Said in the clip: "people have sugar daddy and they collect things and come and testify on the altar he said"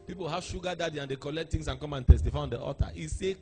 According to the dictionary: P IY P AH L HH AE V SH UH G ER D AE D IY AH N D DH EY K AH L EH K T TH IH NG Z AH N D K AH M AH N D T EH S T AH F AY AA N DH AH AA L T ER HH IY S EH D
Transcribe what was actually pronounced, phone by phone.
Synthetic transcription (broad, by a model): P IY P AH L HH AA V SH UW G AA D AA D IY AH N D EY K AH L EH K T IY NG S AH N K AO M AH N T EH S T AH F AY AA N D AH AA T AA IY S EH